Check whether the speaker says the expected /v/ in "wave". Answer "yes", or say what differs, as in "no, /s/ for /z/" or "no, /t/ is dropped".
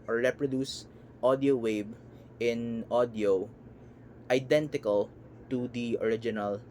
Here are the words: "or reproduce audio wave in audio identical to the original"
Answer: no, /b/ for /v/